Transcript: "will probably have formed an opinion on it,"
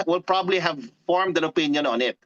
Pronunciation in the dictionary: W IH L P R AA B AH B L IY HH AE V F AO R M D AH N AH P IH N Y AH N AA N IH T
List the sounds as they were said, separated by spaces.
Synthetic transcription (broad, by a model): W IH L P R AA B AH B L IY HH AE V F AO R M D AH N AH P IH N Y AH N AA N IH T